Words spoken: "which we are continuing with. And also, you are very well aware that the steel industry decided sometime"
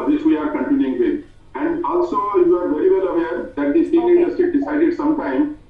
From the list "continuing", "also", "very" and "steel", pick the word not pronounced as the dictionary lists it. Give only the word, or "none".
steel